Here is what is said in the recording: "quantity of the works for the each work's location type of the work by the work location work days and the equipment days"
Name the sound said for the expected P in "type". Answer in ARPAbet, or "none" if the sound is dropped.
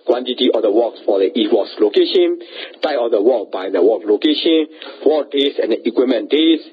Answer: none